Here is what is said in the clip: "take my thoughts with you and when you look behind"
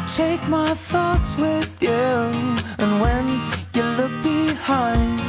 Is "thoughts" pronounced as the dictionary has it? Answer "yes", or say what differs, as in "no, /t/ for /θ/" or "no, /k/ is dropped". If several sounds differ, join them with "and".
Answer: yes